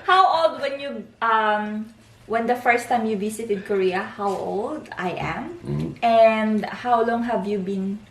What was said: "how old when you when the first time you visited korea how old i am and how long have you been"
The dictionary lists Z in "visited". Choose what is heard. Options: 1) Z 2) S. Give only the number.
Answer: 2